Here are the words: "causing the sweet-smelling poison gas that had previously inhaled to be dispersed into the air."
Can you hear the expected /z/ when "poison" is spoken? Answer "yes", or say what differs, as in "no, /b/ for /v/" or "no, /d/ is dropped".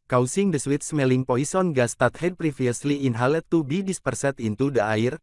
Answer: no, /s/ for /z/